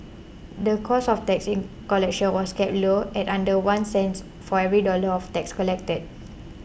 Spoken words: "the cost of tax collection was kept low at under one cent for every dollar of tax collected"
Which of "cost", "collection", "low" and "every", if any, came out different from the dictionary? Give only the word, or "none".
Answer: cost